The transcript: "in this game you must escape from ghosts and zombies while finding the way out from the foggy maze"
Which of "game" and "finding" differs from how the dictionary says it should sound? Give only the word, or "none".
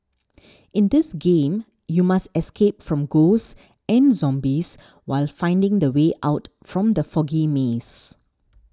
none